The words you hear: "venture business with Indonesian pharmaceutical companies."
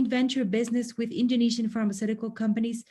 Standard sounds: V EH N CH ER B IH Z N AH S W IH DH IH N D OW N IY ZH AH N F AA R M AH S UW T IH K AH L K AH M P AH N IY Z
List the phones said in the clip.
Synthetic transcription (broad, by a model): V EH N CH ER B IH Z N AH S W IH DH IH N D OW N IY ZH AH N F AA R M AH S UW T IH K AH L K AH M P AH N IY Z